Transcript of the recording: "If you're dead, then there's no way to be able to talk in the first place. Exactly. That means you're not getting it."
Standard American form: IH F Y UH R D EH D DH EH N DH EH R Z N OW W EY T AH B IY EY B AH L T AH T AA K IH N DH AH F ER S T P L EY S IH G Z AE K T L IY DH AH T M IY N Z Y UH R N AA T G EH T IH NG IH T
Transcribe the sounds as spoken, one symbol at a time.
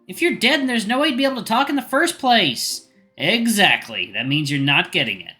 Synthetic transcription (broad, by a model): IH F Y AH R D EH D N DH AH R Z N OW W EY T AH B IY EY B L T AH T AA K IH N DH AH F ER S P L EY S IH G Z AE K T L IY DH AH T M IY N Z Y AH R N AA T G EH T IH NG IH T